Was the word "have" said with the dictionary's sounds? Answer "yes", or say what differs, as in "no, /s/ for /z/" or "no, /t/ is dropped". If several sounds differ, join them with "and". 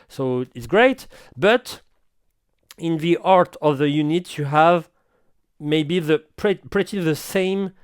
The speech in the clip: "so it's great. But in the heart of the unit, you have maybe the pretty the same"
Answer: yes